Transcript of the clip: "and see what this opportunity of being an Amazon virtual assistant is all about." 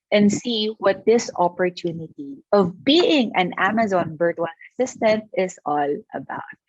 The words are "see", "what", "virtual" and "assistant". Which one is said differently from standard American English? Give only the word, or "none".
virtual